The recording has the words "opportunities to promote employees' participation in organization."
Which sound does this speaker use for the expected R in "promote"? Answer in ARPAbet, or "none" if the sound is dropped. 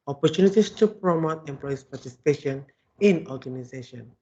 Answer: R